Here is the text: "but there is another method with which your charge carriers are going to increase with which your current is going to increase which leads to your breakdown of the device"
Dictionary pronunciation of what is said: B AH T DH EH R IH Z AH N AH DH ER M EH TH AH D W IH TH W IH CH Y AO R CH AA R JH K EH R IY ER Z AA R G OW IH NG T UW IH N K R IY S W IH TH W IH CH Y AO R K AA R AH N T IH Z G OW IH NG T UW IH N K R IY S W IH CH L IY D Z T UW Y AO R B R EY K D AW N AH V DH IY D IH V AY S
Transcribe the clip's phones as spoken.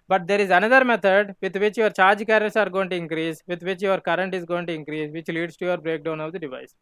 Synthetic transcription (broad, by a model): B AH T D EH R IH Z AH N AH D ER M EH T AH D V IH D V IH CH Y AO R CH AA R JH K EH R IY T S AA R G OW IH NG T UW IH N K R IY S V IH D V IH CH Y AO R K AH R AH N T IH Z G OW IH NG T UW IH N K R IY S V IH CH L IY D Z T UW Y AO R B R EY K D AW N AH V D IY D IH V AY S